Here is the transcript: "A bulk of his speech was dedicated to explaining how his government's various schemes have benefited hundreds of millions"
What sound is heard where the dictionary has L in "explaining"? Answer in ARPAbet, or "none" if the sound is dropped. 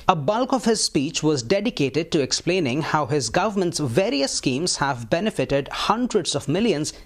L